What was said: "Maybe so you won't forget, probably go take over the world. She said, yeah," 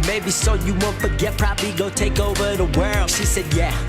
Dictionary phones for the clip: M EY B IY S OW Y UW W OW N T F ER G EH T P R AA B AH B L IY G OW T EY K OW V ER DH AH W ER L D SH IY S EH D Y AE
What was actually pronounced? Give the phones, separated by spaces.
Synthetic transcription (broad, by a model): M EY B IY S OW Y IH W OW N T F ER G EH T P R AA B AH B L IY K OW T EY K OW V ER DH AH W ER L SH IY S EH D Y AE